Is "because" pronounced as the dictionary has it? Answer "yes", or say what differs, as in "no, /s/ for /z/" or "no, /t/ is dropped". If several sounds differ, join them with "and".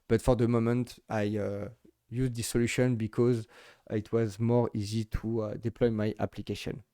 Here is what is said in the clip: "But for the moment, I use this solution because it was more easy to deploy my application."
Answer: yes